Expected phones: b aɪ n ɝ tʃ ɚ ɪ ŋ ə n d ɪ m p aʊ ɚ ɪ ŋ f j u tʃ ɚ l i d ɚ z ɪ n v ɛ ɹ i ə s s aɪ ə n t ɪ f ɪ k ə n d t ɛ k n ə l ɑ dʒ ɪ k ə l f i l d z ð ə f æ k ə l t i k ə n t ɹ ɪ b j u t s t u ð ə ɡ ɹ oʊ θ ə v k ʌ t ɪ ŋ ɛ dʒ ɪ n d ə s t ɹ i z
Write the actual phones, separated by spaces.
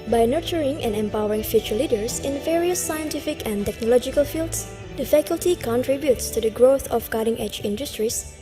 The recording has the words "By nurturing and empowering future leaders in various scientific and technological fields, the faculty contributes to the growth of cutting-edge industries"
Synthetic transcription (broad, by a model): b aɪ n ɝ tʃ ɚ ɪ ŋ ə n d ɪ m p aʊ ɚ ɪ ŋ f j u tʃ ɚ l i d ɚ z ɪ n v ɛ ɹ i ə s s aɪ ə n t ɪ f ɪ k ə n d t ɛ k n ə l ɑ dʒ ɪ k ə l f i l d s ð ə f æ k ə l t i k ə n t ɹ ɪ b j u t s t u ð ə ɡ ɹ oʊ θ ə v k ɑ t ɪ ŋ ɛ dʒ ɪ n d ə s t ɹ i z